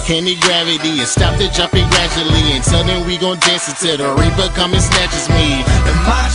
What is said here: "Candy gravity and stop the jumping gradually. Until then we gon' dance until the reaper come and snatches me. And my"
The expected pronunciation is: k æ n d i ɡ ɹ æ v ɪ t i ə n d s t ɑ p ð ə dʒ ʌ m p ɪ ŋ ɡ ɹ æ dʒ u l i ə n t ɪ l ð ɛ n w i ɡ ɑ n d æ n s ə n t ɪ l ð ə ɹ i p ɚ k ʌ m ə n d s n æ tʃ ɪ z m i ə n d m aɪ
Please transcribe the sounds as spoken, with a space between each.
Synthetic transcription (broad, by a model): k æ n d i ɡ ɹ æ v ɪ t i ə s t ɑ p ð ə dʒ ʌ m p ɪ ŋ ɡ ɹ æ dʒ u l i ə n s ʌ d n w i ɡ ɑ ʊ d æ n s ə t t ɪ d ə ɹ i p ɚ k ʌ m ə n s n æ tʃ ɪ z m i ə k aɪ